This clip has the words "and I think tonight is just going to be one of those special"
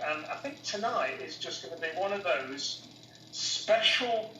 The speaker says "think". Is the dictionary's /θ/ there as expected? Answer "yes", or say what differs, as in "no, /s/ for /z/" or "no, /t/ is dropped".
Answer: yes